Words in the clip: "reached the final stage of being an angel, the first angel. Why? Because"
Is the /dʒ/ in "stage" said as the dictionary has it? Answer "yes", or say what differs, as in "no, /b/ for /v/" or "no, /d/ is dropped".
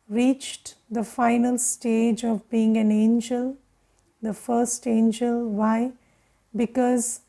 yes